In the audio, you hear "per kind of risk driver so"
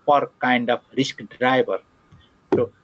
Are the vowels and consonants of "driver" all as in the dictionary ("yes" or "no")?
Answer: no